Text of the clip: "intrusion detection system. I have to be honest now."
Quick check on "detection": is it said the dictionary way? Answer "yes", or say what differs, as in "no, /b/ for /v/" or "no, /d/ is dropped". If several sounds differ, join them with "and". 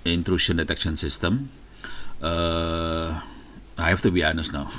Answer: yes